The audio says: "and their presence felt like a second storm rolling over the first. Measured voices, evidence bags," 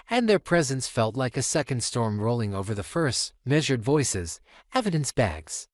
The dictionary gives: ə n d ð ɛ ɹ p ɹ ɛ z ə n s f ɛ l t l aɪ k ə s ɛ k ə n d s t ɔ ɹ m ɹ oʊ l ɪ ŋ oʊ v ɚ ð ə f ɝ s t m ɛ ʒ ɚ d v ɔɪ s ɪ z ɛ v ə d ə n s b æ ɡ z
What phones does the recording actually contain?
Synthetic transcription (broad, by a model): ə n ð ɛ ɹ p ɹ ɛ z ə n s f ɛ l t l aɪ k ə s ɛ k ə n d s t ɔ ɹ m ɹ oʊ l ɪ ŋ oʊ v ɚ ð ə f ɝ s t m ɛ ʒ ɚ d v ɔɪ s ɪ z ɛ v ə d ə n s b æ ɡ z